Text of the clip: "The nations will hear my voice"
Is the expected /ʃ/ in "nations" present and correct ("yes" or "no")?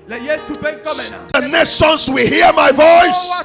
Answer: no